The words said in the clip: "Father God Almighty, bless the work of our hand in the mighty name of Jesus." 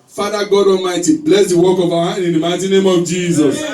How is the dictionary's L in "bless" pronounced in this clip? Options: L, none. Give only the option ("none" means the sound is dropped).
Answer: L